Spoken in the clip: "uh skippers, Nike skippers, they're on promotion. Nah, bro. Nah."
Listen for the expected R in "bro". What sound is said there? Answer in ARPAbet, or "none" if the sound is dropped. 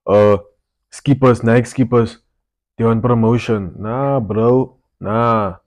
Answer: R